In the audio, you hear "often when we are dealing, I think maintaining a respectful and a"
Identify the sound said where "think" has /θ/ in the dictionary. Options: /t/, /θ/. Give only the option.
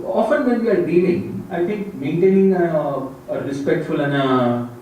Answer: /t/